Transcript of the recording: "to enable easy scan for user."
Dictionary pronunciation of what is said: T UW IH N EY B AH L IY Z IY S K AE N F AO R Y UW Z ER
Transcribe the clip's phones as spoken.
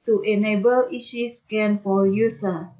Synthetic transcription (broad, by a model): T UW IH N EY B AH L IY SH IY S K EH N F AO L Y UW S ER